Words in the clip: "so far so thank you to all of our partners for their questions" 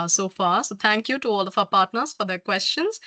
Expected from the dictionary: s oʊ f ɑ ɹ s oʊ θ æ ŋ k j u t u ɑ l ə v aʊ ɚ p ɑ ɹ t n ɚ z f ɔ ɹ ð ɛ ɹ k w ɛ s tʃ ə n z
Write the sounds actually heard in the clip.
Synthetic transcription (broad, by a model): s oʊ f ɑ ɹ s oʊ t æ ŋ k j u t u ɑ l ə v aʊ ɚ p ɑ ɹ t n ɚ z f ɔ ɹ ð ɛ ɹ k w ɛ s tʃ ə n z